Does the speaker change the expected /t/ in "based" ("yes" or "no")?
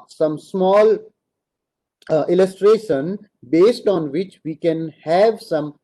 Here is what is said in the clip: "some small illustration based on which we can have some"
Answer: no